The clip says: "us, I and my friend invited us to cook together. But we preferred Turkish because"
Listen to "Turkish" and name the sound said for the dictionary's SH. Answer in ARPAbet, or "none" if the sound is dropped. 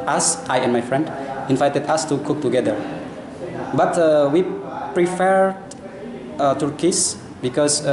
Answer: S